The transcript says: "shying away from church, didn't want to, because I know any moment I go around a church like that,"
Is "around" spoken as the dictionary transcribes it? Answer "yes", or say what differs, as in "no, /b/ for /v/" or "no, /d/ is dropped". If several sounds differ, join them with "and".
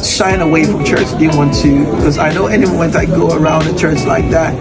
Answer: yes